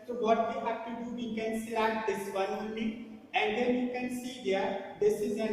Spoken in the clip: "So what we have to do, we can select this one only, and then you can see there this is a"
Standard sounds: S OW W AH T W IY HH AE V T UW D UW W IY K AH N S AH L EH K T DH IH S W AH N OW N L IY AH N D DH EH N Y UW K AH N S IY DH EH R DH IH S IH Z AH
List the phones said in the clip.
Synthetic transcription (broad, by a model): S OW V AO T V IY HH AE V T UW D UW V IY K AH N S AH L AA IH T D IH S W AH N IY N IY AH N D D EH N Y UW K AH N S IY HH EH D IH S IH Z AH